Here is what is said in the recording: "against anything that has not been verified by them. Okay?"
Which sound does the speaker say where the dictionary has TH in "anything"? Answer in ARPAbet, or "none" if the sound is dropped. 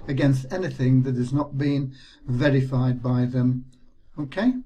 TH